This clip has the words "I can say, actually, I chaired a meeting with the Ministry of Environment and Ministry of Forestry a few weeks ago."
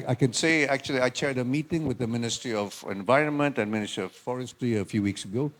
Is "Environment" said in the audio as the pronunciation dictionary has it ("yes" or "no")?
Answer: yes